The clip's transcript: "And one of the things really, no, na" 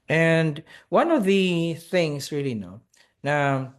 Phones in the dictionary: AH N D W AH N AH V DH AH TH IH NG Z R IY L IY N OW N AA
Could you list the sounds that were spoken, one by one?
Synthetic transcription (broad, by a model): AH N W AH N AH V DH AH TH IH NG Z R IY L IY N OW N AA